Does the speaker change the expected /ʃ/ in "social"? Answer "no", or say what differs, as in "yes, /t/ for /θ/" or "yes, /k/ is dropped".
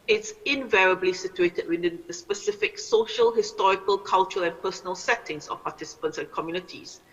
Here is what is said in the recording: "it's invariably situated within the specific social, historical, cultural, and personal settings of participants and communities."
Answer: no